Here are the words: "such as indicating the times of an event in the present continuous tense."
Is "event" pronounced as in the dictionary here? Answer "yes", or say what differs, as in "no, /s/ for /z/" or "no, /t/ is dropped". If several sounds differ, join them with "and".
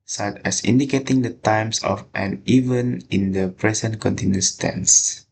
no, /t/ is dropped